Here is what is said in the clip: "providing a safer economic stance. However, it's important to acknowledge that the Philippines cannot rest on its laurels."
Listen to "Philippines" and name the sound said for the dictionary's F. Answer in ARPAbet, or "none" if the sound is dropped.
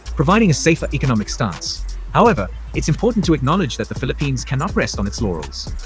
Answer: F